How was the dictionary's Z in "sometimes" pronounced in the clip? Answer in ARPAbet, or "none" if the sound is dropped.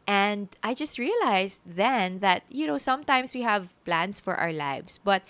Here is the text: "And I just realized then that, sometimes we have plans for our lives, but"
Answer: S